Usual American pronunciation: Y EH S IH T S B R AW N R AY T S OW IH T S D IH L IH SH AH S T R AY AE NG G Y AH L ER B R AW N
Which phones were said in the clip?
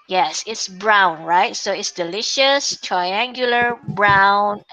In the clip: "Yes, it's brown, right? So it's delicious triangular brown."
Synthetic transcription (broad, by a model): Y EH S IH T S B R AW N R AY T S OW IH T S D IH L IH SH AH S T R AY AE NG G Y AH L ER B R AW N